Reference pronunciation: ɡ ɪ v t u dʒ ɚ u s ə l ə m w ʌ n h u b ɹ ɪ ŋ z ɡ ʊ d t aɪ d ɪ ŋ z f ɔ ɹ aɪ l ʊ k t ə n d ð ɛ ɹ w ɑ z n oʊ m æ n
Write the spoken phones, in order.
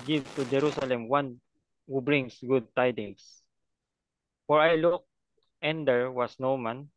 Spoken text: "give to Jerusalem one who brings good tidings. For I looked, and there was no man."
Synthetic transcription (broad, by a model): ɡ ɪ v t u dʒ ɚ u s ə l ə m w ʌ n h u b ɹ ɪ ŋ s ɡ ʊ d t aɪ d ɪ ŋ s f ɔ ɹ aɪ l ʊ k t ə n d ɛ ɹ w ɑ s n oʊ m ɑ n